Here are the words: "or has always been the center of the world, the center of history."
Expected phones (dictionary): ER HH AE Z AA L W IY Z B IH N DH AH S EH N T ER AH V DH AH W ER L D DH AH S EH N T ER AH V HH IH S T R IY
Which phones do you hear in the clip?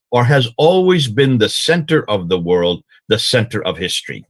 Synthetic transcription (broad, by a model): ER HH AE Z AA L W IY Z B IH N DH AH S EH N T ER AH V DH AH W ER L D DH AH S EH N T ER AH V HH IH S T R IY